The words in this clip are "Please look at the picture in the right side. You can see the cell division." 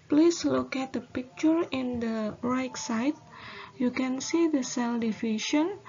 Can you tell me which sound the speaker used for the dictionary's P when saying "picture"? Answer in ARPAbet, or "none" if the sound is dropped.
P